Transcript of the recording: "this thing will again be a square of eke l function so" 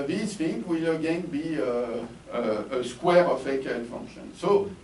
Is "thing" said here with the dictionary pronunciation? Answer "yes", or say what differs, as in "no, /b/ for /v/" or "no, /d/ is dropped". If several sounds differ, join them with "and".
no, /f/ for /θ/